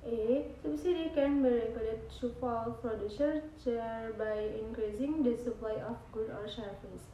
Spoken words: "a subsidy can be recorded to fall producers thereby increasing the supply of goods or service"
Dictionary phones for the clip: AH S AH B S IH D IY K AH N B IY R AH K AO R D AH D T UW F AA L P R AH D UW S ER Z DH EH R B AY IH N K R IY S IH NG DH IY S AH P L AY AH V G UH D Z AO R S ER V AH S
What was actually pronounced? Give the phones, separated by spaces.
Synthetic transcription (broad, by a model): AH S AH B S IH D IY K AH N B IY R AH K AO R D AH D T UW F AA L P R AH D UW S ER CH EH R B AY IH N K R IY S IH NG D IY S AH P L AY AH F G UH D AO R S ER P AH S